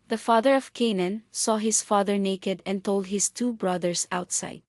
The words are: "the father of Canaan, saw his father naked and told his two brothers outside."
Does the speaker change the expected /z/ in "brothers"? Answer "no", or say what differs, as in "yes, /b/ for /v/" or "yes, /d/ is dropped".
yes, /s/ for /z/